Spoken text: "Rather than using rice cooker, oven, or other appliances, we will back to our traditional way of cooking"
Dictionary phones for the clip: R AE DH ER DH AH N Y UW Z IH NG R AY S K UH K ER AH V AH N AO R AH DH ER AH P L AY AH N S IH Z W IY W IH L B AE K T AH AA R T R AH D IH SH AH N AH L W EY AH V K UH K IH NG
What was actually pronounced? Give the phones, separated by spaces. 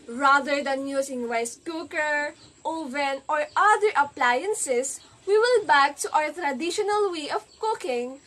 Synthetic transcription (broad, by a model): R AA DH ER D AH N Y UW S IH NG W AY S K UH K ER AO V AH N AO R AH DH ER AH P L AY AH N S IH S W IY W IH L B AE K T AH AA W T R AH D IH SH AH N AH L W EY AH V K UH K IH NG